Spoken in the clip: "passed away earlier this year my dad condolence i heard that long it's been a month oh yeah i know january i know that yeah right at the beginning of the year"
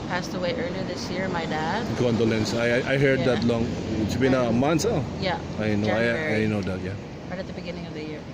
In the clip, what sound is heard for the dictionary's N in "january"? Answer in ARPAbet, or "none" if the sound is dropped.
none